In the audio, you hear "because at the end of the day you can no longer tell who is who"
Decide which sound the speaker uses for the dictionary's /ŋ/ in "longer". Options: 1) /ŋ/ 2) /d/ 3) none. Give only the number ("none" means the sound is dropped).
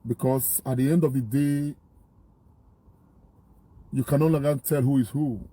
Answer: 3